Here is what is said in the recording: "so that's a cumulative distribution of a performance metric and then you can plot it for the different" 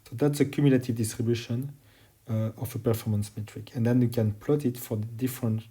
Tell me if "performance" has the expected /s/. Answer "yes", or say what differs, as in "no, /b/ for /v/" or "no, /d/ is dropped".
yes